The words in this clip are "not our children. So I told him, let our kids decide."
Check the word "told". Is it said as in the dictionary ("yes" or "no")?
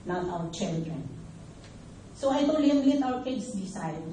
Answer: no